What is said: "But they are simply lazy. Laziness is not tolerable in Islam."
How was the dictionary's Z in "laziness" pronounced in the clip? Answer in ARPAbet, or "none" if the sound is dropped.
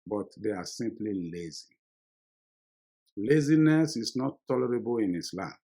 Z